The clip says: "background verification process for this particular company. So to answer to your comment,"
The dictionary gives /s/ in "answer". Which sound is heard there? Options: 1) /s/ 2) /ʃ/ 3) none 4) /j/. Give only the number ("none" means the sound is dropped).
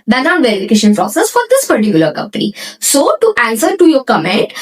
1